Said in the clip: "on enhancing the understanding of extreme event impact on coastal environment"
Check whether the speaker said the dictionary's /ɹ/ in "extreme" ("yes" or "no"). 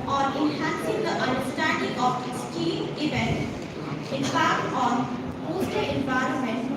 no